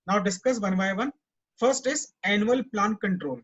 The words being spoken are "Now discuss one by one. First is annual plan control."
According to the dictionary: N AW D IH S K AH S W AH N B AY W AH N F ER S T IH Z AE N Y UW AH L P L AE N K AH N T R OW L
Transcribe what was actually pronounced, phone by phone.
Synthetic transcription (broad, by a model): N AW D IH S K AH S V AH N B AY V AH N F ER S T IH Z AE N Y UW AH L P L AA N K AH N T R OW L